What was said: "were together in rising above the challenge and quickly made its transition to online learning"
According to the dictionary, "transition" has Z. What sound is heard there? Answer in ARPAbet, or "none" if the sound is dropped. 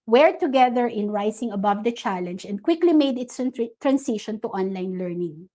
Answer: S